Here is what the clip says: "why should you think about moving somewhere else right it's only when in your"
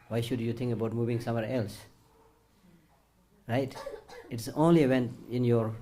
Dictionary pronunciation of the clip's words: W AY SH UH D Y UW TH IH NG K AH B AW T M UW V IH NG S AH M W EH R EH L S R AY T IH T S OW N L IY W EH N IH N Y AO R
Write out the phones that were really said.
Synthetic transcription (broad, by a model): W AY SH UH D Y UW T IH NG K AH B AW T M UW V IH NG S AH M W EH R EH L S R AY T IH T S OW N L IY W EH N IH N Y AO R